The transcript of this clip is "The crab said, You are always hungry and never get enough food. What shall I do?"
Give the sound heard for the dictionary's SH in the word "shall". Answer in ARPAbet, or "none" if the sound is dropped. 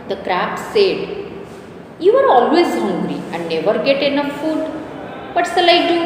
S